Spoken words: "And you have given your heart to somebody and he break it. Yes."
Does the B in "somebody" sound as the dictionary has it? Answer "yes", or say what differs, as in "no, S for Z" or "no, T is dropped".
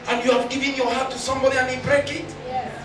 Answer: yes